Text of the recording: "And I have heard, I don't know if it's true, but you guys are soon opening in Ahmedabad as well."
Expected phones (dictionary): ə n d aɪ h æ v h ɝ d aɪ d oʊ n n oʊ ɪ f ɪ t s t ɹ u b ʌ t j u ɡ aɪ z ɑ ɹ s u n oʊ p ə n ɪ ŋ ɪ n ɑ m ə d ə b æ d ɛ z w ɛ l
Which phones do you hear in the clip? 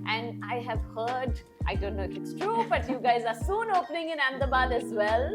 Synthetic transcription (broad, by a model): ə n d aɪ h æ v h ɝ d aɪ d oʊ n n oʊ ɪ f ɪ t s t ɹ u b ʌ t j u ɡ aɪ z ɑ ɹ s u n oʊ p ə n ɪ ŋ ɪ n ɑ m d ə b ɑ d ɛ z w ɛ l